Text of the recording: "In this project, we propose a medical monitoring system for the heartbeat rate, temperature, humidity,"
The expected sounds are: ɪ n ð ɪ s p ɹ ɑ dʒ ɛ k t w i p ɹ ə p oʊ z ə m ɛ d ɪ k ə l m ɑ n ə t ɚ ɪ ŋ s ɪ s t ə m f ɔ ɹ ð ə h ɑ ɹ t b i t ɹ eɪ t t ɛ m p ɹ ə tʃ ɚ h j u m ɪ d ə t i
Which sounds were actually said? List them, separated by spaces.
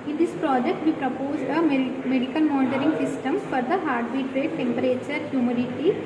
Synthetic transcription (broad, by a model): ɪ n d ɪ s p ɹ ɑ dʒ ɛ k t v i p ɹ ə p oʊ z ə m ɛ d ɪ k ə n m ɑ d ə t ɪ ŋ s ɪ s t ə m f ɔ ɹ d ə h ɑ ɹ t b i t ɹ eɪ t t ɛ m p ɹ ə tʃ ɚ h j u m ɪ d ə t i